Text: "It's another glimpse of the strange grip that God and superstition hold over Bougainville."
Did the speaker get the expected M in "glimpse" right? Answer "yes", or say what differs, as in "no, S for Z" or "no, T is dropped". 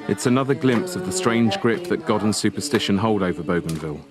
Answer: yes